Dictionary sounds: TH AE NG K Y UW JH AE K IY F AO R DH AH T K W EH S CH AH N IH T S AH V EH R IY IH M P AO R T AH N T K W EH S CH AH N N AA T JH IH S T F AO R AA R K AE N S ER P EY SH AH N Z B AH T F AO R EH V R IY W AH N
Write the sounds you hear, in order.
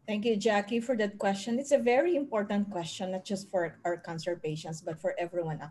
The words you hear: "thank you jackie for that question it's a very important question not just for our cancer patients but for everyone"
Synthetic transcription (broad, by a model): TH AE NG K Y UW JH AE K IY F AO R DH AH T K W EH S CH AH N IH T S AH V EH R IY IH M P AO R T AH N T K W EH S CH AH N N AA T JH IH S T F AO R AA W K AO N S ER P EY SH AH N S B AH T F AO R EH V R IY W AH N